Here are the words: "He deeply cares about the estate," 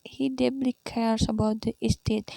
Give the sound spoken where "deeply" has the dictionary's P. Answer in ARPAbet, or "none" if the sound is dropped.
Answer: B